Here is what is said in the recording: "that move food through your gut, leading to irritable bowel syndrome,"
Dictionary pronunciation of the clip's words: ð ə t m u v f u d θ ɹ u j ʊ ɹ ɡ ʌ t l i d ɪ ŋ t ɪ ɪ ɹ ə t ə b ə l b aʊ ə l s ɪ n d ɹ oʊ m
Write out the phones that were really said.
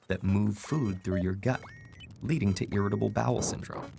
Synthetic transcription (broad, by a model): ð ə t m u v f u d θ ɹ u j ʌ ɹ ɡ ʌ t l i d ɪ ŋ t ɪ ɪ ɹ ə t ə b l b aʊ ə l s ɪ n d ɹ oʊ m